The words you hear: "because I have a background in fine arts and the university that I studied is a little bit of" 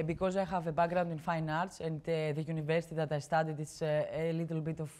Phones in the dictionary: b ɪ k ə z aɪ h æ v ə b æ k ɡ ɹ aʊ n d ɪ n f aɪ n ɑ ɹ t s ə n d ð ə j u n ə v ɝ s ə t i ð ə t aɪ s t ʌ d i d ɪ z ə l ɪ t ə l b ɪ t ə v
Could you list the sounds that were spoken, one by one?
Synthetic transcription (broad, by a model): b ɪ k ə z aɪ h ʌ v ə b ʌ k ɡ ɹ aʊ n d ɪ n f aɪ n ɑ ɹ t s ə n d ð ə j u n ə v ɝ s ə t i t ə t aɪ s t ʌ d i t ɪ s ə l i t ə l b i t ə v